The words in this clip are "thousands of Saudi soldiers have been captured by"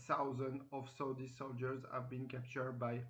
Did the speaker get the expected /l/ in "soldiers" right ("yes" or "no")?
yes